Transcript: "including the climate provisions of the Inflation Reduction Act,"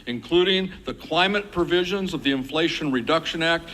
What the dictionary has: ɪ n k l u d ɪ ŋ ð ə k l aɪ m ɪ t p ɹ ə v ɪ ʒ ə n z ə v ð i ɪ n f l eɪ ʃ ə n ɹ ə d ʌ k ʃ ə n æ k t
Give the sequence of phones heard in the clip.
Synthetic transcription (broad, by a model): ɪ n k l u d ɪ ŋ ð ə k l aɪ m ɪ t p ɹ ə v ɪ ʒ ə n z ə v ð i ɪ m f l eɪ ʃ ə n ɹ ə d ʌ k ʃ ə n æ k t